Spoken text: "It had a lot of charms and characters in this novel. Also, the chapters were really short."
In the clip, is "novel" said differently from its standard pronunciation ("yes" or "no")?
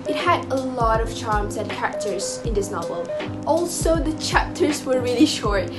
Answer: no